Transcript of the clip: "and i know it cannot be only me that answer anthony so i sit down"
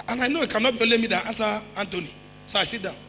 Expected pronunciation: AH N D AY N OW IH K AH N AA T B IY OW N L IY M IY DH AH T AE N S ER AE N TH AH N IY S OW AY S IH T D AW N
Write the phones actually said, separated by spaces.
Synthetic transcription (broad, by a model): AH N AY N OW IH K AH N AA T B IY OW L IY M IY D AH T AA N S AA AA N T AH N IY S OW AY S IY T D AW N